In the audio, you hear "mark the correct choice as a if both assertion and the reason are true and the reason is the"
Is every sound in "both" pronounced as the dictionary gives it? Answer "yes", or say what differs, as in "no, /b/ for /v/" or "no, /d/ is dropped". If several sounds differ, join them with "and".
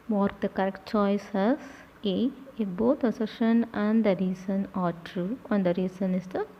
no, /t/ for /θ/